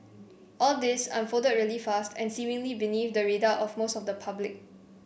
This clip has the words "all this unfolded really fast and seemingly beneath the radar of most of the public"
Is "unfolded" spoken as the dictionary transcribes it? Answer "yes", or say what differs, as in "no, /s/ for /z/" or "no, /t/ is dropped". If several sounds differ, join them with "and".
no, /l/ is dropped